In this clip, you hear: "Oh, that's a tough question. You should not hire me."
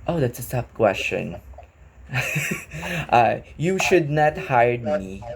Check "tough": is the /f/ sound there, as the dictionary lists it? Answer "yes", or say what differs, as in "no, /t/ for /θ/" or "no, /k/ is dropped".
no, /p/ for /f/